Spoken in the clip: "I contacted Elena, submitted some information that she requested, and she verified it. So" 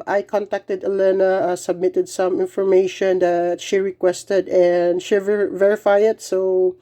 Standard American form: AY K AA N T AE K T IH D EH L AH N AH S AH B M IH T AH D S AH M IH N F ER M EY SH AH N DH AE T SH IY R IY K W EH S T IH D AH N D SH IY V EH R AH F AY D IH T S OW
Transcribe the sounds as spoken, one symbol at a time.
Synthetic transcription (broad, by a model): AY K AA N T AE K T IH D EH L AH N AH S AH B M IH T AH D S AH M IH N F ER M EY SH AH N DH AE T SH IY R IY K W EH S T IH D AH N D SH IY V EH R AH F AY IH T S OW